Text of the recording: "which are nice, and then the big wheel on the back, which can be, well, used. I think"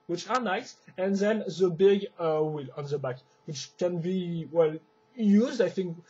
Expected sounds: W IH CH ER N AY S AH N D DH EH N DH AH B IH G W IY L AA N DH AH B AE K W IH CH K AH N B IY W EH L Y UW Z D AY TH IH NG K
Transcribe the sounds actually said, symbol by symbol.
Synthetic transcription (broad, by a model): W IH CH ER N AY S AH N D DH EH N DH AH B IH G W IY L AA N DH AH B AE K W IH CH K AH N B IY W EH L Y UW Z D AY TH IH NG K